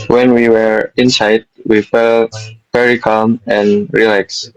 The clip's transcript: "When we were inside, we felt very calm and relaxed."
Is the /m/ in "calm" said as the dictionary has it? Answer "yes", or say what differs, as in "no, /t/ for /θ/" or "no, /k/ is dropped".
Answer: yes